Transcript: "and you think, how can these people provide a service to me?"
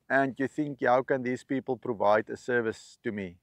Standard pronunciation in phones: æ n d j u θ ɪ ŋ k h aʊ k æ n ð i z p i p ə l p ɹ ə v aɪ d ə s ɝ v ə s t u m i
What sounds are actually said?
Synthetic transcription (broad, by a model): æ n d j u θ ɪ ŋ k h aʊ k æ n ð i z p i p ə l p ɹ ə v aɪ d ə s ɝ v ə s t u m i